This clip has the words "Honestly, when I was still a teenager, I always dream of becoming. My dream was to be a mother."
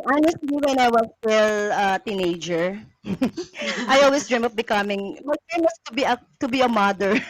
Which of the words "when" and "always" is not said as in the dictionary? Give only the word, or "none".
always